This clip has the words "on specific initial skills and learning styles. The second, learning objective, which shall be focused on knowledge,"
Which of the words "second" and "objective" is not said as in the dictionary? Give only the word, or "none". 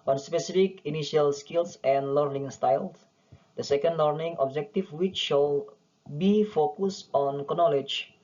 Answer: objective